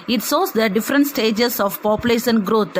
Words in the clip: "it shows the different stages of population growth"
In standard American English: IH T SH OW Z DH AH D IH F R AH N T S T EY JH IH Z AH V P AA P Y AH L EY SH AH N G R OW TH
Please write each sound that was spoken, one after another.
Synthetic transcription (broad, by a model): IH T S OW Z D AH D IH F R AH N T S T EY JH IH S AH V P AA P Y AH L EY SH AH N G R OW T